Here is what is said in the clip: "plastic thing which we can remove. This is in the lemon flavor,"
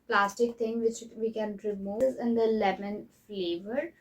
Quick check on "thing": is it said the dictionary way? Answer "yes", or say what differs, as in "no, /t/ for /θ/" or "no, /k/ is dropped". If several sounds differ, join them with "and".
no, /t/ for /θ/